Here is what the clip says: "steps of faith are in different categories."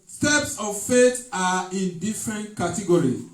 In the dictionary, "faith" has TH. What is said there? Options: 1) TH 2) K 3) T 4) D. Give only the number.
3